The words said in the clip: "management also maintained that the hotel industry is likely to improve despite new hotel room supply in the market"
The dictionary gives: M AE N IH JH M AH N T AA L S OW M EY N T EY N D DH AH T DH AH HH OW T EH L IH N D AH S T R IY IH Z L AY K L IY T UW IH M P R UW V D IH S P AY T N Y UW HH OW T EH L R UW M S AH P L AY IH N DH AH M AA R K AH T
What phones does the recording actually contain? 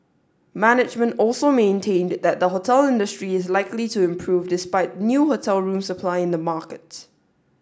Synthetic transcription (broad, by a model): M AE N IH JH M AH N T AA L S OW M EY N T EY N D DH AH T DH AH HH OW T EH L IH N D AH S T R IY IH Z L AY K L IY T UW IH M P R UW V D IH S P AY T N Y UW HH OW T EH L R UW M S AH P L AY IH N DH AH M AA K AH T